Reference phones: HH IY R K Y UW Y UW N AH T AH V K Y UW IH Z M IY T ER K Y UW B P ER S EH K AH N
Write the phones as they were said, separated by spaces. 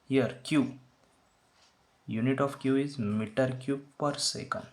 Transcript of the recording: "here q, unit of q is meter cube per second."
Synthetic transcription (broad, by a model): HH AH R K Y UW Y UW N AH T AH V K Y UW IH Z M IY T ER K Y UW P ER S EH K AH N